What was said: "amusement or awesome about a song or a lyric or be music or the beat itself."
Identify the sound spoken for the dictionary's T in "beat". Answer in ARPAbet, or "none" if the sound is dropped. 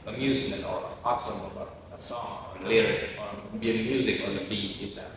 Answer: none